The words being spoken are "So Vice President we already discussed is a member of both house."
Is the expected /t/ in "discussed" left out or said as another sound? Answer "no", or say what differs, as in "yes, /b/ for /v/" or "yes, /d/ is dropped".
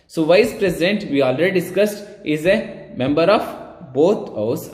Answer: no